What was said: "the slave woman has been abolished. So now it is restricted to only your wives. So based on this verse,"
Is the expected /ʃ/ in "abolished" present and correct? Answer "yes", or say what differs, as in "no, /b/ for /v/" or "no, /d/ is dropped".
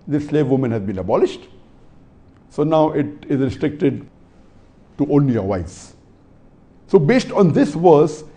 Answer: yes